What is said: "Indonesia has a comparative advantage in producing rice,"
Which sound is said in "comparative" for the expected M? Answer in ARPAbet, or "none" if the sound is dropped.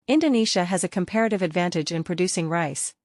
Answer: M